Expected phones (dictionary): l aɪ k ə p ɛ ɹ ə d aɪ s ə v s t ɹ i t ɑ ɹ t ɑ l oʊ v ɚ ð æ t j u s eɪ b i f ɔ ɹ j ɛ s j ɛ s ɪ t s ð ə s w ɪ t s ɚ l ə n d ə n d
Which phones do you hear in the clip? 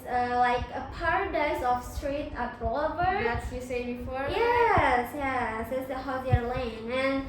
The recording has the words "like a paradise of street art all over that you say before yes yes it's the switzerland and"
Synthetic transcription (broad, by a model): l aɪ k ə p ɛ ɹ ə d aɪ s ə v s t ɹ i t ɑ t ɑ l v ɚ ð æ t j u s eɪ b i f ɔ ɹ j ɛ s j ɛ s ɪ t s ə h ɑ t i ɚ l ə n ə n